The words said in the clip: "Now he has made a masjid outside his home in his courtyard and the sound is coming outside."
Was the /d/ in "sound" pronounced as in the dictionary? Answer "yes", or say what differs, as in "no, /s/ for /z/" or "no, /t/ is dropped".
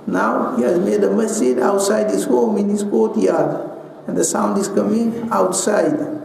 yes